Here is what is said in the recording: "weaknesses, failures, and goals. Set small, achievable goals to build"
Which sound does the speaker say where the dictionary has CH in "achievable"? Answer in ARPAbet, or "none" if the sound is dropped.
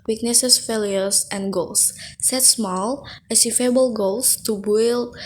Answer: S